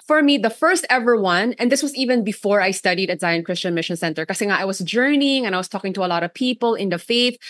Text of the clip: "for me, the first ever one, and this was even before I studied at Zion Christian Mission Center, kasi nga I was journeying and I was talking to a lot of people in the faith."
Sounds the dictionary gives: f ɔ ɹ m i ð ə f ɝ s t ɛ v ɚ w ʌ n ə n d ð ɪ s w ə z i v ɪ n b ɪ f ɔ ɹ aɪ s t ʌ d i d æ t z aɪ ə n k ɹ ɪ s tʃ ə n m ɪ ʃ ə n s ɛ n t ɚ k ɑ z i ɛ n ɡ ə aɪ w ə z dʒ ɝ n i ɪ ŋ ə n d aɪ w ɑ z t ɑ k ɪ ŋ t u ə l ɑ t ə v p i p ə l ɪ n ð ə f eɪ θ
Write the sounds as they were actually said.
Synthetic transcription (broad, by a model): f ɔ ɹ m i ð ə f ɝ s t ɛ v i w ʌ n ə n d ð ɪ s w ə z i v ɪ n b ɪ f ɔ ɹ aɪ s t ʌ d i d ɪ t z aɪ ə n k ɹ ɪ s tʃ ə n m ɪ ʃ ə n s ɛ n t ɚ k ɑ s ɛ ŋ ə aɪ w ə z dʒ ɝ n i ɪ ŋ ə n aɪ w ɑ s t ɑ k ɪ ŋ t u ə l ɑ t ə v p i p ə l ɪ n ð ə f eɪ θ